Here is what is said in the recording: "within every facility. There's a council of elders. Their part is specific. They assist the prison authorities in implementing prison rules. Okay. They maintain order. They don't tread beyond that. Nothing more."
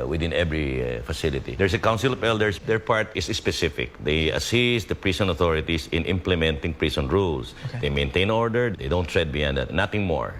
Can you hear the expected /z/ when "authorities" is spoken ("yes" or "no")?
no